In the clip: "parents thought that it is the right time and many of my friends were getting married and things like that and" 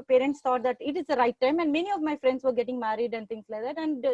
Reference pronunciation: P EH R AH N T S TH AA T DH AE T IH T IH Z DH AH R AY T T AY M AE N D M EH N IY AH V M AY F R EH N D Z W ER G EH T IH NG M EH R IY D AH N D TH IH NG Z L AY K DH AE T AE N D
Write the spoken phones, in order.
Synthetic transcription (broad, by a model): P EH R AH N T S T AA T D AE T IH T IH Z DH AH R AY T T AY M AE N D M EH N IY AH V M AY F R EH N D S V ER G EH T IH NG M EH R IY D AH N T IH NG S L AY K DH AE T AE N D